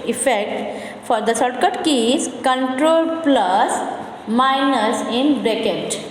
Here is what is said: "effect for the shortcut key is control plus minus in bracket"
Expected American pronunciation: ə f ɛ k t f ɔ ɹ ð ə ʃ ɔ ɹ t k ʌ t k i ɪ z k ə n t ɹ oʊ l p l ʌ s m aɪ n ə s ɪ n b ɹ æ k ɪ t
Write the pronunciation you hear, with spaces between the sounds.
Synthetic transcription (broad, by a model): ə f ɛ k t f ɔ ɹ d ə s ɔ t k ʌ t k i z k ə n t ɹ oʊ l p l ʌ s m aɪ n ə s ɪ n b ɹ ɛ k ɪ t